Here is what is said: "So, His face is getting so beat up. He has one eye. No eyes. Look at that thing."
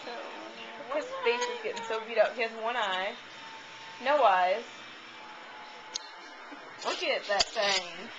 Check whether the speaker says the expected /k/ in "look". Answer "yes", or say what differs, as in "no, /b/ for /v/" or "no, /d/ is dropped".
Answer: no, /k/ is dropped